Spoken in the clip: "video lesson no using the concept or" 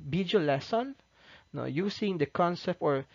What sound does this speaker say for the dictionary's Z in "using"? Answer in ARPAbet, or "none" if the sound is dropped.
S